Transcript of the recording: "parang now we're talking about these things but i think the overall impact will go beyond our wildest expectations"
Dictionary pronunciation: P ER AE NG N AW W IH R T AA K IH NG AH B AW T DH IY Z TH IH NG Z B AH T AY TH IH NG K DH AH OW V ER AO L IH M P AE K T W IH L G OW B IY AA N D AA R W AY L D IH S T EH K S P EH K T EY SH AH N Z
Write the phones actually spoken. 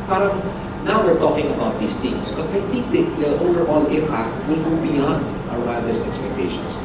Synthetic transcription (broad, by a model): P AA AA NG N AW W IH R T AA K IH NG AH B AW T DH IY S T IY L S B AH T AY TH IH NG K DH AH OW V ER AO L IH M P AE K T W IH L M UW B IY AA N D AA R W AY D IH S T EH K S P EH K T EY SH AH N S